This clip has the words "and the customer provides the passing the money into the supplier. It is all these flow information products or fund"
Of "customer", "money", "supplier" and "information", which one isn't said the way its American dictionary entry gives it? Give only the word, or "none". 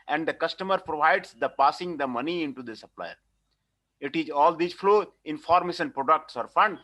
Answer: information